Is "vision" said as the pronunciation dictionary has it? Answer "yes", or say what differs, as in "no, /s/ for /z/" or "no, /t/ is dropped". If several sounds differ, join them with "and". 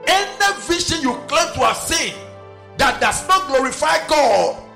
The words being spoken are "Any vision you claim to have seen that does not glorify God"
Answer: no, /ʃ/ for /ʒ/